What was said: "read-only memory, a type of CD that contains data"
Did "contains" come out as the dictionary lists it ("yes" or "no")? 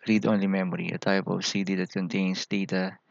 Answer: no